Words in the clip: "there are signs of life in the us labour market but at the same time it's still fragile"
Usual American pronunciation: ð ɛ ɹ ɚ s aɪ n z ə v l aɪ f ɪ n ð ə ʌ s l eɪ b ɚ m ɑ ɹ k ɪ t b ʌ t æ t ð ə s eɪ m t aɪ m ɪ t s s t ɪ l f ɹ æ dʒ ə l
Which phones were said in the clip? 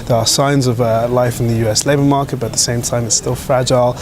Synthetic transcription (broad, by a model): ð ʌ ɹ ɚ s aɪ n z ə v l aɪ f ɪ n ð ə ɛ s l eɪ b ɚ m ɑ k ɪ t b ʌ t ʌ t ð ə s eɪ m t aɪ m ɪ t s s t ɪ l f ɹ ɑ dʒ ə l